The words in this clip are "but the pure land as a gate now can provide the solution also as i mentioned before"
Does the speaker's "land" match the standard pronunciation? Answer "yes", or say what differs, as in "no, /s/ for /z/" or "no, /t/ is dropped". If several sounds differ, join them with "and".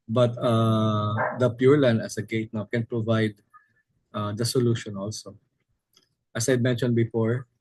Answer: no, /d/ is dropped